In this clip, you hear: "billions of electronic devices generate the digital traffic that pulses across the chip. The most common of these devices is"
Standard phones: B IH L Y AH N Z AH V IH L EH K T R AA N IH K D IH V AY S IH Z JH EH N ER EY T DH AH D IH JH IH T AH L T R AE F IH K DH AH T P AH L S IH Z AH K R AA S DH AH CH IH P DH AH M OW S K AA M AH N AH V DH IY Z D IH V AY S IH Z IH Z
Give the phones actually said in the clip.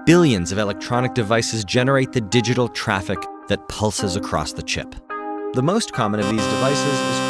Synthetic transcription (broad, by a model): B IH L Y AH N Z AH V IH L EH K T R AA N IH K D IH V AY S IH Z JH EH N ER EY T DH AH D IH JH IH T L T R AE F IH K DH AH T P AH L S IH Z AH K R AA S DH AH CH IH P DH AH M OW S K AA M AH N AH V DH IY Z D IH V AY S IH Z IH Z